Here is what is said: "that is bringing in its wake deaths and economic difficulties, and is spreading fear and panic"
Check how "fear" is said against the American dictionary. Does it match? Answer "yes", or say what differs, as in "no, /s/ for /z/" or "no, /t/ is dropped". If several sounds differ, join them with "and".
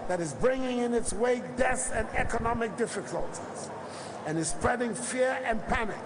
yes